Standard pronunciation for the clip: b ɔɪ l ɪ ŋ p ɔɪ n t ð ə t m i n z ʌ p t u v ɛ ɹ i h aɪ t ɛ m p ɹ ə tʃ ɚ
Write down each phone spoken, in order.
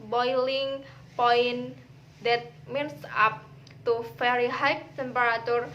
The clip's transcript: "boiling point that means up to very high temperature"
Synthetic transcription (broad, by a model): b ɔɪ l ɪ ŋ p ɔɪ n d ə t m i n s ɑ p t u f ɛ ɹ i h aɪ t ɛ m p ɹ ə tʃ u